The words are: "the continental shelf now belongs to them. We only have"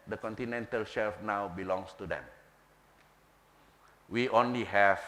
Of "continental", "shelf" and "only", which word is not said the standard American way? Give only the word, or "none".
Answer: none